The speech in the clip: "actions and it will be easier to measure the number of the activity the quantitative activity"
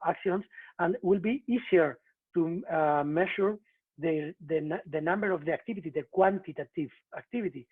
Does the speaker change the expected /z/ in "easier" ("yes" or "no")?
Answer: yes